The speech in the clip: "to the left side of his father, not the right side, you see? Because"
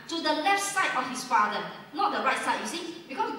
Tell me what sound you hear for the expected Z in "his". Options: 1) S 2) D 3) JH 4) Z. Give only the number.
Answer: 1